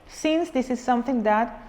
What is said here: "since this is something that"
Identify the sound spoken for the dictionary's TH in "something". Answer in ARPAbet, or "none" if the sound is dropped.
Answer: T